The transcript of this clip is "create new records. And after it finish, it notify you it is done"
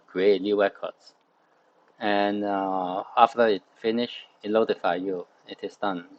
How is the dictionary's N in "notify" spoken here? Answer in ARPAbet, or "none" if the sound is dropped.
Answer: L